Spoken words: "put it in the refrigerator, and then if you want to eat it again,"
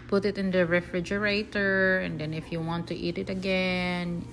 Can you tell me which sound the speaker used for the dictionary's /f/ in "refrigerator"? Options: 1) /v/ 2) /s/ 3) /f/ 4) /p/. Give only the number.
3